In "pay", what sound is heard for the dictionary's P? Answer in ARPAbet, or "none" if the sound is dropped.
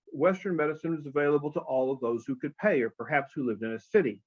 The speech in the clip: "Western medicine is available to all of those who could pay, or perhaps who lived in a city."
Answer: P